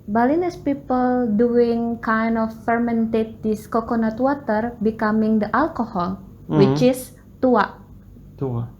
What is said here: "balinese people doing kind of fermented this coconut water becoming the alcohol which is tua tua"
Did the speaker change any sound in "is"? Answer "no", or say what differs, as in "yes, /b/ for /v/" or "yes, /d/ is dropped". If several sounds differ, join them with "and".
yes, /s/ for /z/